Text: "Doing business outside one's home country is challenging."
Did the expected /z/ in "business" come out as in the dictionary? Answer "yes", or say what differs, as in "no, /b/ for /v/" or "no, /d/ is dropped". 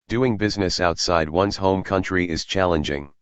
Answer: yes